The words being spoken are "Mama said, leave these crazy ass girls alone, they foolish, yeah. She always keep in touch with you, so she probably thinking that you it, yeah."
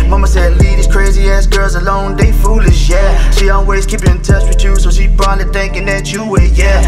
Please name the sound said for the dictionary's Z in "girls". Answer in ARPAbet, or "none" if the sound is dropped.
Z